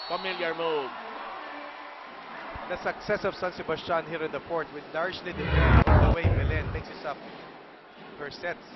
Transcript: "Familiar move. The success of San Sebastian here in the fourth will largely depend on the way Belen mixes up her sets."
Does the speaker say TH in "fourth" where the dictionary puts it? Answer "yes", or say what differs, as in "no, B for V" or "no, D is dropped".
no, T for TH